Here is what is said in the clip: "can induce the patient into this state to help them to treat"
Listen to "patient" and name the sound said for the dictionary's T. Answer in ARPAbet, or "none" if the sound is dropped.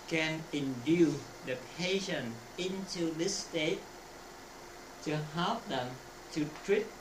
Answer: none